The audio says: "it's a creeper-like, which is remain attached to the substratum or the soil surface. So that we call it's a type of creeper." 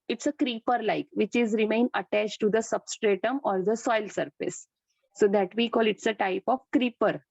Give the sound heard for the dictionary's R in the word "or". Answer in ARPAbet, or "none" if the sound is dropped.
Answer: R